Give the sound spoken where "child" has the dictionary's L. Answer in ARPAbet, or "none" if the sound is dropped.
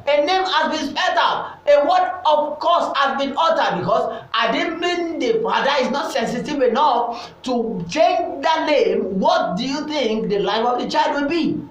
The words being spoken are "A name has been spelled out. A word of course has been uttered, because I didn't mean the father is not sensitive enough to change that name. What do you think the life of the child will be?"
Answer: L